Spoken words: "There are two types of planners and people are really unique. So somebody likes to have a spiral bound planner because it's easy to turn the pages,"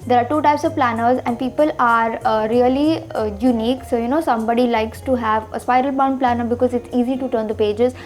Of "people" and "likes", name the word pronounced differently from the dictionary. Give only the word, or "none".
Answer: none